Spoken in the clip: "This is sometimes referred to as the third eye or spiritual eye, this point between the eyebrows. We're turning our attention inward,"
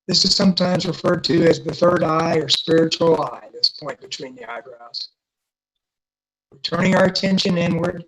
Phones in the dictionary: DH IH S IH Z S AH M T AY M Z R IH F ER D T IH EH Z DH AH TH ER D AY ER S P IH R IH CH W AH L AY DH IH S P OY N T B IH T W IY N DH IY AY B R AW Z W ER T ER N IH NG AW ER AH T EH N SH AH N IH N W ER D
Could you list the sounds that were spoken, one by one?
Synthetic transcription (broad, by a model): DH IH S IH Z S AH M T AY M Z R IH F ER D T IH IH Z DH AH TH ER D AY ER S P IH R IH CH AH L AY DH IH S P OY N B IH T W IY N DH IY AY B R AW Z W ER T ER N IH NG AW ER AH T EH N SH AH N IH N W ER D